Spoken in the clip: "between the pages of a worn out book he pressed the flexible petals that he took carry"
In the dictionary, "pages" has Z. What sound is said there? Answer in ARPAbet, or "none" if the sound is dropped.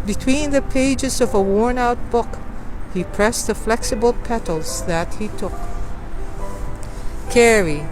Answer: Z